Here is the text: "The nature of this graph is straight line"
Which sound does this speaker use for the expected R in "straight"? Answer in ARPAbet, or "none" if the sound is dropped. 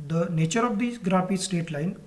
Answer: none